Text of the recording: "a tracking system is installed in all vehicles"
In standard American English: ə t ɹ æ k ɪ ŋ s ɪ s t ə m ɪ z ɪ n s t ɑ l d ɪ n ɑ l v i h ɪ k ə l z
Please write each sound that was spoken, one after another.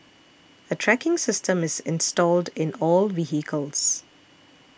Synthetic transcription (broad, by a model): ə t ɹ æ k ɪ ŋ s ɪ s t ə m ɪ z ɪ n s t ɑ l d ɪ n ɑ l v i h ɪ k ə l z